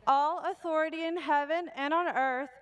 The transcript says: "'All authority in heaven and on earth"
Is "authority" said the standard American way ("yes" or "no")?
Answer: yes